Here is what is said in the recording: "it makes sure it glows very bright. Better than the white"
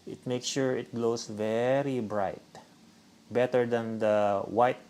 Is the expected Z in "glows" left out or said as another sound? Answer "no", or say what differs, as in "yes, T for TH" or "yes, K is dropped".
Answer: yes, S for Z